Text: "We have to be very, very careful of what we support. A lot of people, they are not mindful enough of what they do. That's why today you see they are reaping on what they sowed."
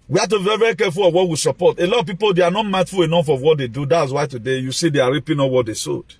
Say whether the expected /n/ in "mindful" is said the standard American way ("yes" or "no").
no